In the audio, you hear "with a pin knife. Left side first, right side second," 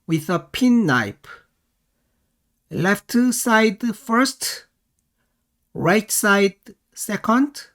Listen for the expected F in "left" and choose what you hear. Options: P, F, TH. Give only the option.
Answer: F